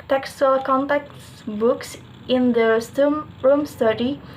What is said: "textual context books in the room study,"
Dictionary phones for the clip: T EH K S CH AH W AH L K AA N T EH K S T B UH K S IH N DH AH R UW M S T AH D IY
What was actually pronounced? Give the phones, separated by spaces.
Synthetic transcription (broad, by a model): T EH K S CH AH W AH L K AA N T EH K T B UH K S IH N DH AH R UW M S T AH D IY